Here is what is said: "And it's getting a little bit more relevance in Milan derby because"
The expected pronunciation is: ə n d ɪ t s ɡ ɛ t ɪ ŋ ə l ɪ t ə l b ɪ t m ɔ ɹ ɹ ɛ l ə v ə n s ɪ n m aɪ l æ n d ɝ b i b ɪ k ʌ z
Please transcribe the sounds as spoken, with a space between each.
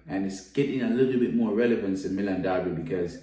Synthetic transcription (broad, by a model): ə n ɪ t s ɡ ɛ t ɪ ŋ ə l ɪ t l b ɪ t m ɔ ɹ ɹ ɛ l ə v ə n s ɪ n m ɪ l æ n d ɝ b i b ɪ k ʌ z